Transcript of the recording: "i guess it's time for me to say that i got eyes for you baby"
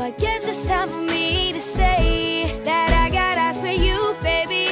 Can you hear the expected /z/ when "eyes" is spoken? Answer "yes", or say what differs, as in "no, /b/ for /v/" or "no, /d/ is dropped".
no, /s/ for /z/